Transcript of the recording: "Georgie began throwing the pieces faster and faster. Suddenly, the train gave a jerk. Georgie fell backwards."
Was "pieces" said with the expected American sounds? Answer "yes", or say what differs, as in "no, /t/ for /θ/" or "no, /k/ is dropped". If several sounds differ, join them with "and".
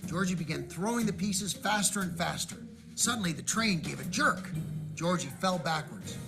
yes